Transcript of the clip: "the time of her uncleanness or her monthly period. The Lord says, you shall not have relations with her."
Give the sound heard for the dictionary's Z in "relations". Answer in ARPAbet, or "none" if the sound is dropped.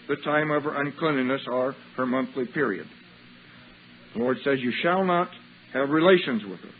Z